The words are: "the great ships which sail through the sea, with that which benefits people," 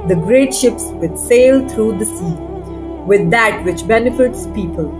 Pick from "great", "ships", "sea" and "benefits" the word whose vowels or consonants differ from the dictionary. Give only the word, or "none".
none